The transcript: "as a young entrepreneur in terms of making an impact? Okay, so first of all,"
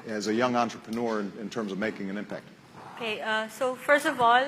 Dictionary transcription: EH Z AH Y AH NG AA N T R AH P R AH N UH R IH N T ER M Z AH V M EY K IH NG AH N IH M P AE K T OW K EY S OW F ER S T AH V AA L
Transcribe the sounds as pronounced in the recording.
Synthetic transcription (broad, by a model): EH Z AH Y AH NG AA N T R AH P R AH N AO R IH N T ER M Z AH V M EY K IH NG AH N IH M P AE K T OW K EY S OW F ER S T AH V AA L